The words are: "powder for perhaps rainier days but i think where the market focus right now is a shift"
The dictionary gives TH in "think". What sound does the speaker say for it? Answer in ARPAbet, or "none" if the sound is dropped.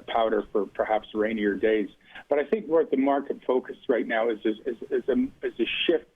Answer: TH